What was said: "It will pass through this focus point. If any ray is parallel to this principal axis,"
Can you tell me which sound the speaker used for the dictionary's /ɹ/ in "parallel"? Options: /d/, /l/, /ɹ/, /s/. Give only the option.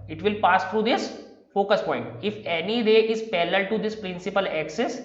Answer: /l/